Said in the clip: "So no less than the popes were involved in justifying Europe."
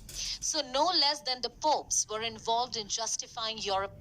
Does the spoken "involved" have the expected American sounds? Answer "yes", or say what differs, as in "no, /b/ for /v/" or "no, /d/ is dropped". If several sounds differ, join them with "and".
yes